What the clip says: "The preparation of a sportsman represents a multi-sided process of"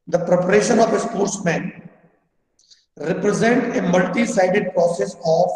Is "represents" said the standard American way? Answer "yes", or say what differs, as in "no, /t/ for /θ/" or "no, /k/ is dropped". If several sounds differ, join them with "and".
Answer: no, /s/ is dropped